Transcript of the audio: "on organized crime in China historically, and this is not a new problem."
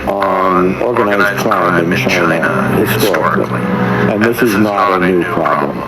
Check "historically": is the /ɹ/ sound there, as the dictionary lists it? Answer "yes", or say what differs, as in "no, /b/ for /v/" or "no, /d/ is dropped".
no, /ɹ/ is dropped